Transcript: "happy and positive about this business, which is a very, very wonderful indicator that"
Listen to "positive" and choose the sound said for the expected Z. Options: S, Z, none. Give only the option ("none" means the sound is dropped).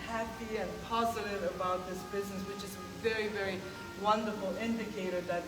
Z